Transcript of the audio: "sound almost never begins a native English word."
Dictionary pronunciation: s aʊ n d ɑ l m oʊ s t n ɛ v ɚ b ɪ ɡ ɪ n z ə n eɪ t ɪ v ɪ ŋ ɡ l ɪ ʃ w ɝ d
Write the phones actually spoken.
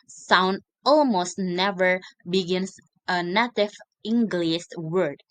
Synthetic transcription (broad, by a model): s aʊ n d ɑ l m oʊ s t n ɛ v ɚ b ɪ ɡ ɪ n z ə n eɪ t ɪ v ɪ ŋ ɡ l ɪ s w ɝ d